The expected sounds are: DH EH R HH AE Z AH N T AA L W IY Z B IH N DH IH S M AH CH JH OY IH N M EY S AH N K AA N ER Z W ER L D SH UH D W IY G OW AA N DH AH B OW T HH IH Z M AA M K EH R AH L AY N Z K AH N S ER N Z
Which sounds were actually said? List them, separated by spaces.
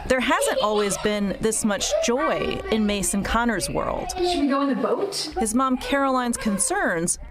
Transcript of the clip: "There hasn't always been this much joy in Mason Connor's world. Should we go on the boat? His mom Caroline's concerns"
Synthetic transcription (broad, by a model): DH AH R HH AE Z AH N T AA L W IY Z B IH N DH IH S M AH CH JH OY IH N M EY S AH N K AA N ER Z W ER L D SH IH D W IY G OW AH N DH AH B OW T HH IH Z M AA M K EH R AH L AY N Z K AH N S ER N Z